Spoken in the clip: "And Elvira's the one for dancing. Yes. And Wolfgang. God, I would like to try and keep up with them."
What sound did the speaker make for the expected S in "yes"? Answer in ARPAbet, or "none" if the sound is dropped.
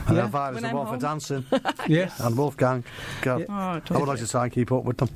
none